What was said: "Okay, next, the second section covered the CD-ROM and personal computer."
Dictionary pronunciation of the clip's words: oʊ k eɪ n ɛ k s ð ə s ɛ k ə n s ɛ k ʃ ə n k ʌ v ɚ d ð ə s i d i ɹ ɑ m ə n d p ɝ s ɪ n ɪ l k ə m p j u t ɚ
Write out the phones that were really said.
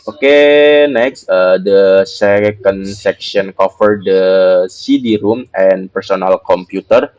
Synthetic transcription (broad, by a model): oʊ k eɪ n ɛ k s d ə s ɛ k ə n s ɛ k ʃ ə n k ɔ f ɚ d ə s i d i ɹ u m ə n p ɝ s ɪ n ɪ l k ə m p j u t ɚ